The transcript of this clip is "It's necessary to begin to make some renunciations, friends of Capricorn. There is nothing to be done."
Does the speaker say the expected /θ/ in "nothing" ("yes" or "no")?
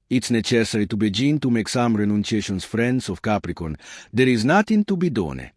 no